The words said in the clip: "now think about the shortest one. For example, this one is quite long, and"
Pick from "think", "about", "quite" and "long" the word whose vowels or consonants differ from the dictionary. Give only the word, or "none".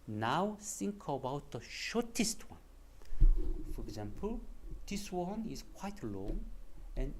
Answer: think